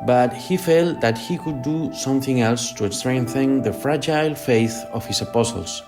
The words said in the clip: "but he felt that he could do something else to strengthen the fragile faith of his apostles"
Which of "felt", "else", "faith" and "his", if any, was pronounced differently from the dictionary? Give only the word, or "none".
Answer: his